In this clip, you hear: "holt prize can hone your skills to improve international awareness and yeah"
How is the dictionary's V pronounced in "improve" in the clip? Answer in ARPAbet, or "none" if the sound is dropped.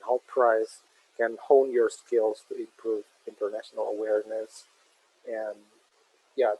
V